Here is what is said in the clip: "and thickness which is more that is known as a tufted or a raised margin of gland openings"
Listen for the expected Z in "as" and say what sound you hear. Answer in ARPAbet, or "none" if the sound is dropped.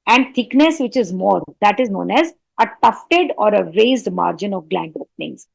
Z